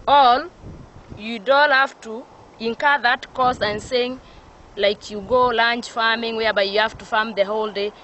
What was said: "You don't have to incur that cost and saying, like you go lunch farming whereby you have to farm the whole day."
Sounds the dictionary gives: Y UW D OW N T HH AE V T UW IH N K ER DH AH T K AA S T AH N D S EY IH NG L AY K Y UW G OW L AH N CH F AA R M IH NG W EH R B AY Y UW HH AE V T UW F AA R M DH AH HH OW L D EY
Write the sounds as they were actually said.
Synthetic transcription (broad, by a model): Y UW D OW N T HH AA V T UW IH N K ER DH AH T K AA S AH N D S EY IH NG L AY K Y UW G OW L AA N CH F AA M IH NG W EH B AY Y UW HH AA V T UW F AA M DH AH HH OW L D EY